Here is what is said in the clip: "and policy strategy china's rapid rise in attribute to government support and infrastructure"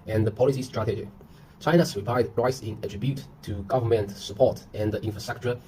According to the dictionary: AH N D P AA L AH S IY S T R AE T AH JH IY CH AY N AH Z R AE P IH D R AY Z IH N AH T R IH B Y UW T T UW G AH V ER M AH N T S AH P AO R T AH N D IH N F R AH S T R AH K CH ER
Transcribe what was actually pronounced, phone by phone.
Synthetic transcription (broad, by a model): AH N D P AA L AH S IY S T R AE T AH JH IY CH AY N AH S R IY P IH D R AY S IH N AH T R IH B Y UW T T UW G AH V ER M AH N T S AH P AO T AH N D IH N F R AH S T R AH K CH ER